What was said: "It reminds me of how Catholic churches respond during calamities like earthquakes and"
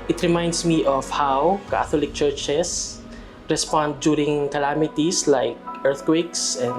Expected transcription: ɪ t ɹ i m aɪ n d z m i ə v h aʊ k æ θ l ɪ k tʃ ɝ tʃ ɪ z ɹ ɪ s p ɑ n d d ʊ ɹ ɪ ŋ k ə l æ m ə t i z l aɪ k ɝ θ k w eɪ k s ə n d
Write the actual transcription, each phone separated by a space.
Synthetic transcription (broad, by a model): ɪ t ɹ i m aɪ n d s m i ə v h aʊ k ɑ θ l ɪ k tʃ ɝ tʃ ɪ s ɹ ɪ s p ɑ n d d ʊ ɹ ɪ ŋ k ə l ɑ m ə t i s l aɪ k ɝ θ k w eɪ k s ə n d